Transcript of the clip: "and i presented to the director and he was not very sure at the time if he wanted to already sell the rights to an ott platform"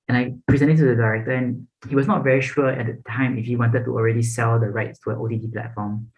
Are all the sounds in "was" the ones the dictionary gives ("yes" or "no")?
no